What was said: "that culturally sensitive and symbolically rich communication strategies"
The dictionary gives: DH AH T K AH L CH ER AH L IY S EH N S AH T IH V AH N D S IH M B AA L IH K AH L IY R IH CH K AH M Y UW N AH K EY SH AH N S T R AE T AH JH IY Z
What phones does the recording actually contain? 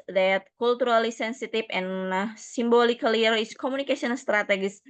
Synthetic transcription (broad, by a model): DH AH T K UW L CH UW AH L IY S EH N S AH T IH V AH N S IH M B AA L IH K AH L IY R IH S K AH M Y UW N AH K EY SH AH N S T R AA T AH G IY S